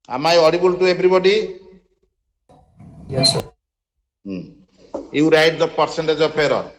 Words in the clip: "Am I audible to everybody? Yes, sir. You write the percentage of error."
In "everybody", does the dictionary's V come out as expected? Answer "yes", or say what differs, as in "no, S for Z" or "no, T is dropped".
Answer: no, B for V